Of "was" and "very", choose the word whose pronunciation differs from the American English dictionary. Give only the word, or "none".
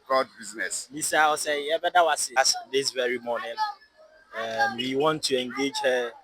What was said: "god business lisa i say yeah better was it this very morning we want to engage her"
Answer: was